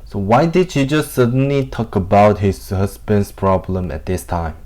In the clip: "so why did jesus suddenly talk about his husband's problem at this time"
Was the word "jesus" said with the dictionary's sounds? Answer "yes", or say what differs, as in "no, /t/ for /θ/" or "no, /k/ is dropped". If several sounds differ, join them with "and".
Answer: no, /ʃ/ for /dʒ/